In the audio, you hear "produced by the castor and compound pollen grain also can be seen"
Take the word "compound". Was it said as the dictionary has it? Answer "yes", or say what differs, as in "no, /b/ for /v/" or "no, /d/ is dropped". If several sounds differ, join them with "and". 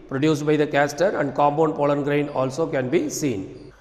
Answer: no, /b/ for /p/